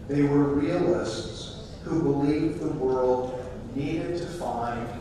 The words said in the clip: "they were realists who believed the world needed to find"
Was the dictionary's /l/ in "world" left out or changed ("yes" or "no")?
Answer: no